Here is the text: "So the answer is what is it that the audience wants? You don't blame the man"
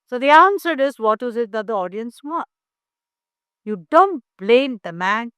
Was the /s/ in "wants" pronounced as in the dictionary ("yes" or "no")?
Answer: no